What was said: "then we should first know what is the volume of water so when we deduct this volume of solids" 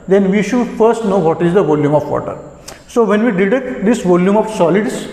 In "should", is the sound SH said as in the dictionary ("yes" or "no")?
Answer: yes